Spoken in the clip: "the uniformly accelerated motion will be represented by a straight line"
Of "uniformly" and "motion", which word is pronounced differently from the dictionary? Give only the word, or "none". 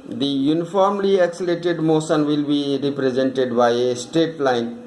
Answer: motion